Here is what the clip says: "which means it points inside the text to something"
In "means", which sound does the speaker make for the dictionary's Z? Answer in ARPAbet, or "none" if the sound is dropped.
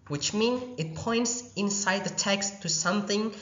none